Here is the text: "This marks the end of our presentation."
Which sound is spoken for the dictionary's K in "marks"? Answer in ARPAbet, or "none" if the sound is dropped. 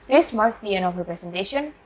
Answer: none